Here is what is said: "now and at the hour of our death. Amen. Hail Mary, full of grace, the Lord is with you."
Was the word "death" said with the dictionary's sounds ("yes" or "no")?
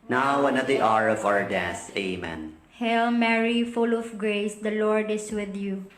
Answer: no